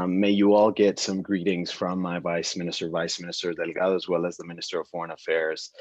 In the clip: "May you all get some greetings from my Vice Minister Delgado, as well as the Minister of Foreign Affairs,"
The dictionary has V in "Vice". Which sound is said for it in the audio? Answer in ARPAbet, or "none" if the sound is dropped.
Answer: V